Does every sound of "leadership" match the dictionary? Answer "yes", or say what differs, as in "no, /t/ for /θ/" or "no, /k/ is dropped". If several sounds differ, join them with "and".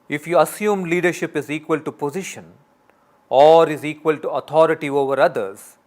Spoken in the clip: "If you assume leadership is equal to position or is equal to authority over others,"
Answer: yes